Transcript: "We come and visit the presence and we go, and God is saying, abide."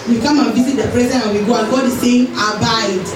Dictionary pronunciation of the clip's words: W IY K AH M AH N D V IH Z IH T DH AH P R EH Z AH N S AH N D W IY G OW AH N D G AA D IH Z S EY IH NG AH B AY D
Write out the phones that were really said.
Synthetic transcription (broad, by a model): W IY K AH M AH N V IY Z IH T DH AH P R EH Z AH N AH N W IY G OW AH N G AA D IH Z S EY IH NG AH B AY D